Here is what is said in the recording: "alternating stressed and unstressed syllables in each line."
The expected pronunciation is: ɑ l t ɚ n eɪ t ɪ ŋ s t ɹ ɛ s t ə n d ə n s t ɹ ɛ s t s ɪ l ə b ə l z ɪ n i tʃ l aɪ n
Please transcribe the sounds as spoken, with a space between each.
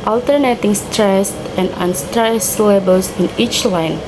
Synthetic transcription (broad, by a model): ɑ l t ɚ n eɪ t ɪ ŋ s t ɹ ɛ s t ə n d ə n s t ɹ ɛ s s l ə b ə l s ɪ n i tʃ l aɪ n